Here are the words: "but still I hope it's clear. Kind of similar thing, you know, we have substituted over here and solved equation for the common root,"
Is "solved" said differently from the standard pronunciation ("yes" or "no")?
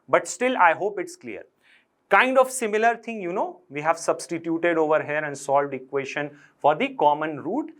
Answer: no